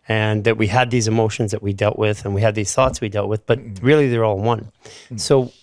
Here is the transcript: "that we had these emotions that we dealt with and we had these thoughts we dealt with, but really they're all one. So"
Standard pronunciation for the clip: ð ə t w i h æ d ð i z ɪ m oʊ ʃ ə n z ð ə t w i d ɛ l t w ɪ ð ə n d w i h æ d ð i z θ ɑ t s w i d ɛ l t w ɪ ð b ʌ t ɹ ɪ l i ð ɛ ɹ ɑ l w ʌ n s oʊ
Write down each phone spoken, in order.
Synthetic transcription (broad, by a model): ð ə t w i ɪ d ð i z ɪ m oʊ ʃ ə n z ð ə t w i d ɛ l t w ɪ ð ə n w i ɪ d ð i z θ ɑ t s w i d ɛ l t w ɪ ð b ʌ t ɹ ɪ l i ð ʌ ɹ ɑ l w ʌ n s oʊ